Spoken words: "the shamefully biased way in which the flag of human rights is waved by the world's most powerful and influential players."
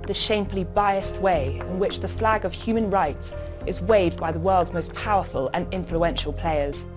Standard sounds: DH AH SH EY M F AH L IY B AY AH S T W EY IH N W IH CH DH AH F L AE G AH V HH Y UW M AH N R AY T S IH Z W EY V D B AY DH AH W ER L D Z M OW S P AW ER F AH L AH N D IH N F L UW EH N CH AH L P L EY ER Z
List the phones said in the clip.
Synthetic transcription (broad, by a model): DH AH SH EY M F AH L IY B AY AH S T W EY IH N W IH CH DH AH F L AE G AH V HH Y UW M AH N R AY T S IH Z W EY V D B AY DH AH W ER L D Z M OW S P AW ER F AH L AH N IH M F L UW EH N SH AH L P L EY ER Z